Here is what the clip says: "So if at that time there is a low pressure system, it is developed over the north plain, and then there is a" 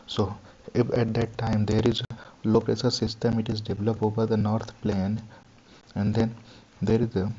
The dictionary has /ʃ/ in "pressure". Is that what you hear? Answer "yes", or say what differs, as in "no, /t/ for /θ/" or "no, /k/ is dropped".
no, /s/ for /ʃ/